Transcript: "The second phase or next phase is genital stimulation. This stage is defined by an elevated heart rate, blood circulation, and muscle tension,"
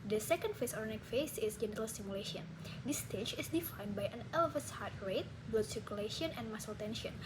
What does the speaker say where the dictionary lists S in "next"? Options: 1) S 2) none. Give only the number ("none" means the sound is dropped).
2